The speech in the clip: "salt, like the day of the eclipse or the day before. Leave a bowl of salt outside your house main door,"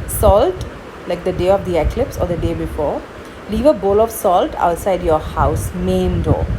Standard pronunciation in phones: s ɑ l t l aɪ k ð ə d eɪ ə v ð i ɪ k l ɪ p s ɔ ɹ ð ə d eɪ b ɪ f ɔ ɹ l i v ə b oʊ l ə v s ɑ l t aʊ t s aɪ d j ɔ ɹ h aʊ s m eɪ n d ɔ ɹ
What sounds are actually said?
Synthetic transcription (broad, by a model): s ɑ l t l aɪ k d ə d eɪ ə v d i ɪ k l ɪ p s ɔ ɹ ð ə d eɪ b ɪ f ɔ ɹ l i v ə b oʊ l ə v s ɑ l t aʊ t s aɪ d j ɔ ɹ h aʊ s m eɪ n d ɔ